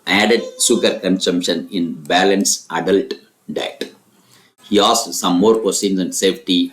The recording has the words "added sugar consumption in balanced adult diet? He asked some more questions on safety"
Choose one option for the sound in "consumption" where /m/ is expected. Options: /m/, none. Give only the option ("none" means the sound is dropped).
/m/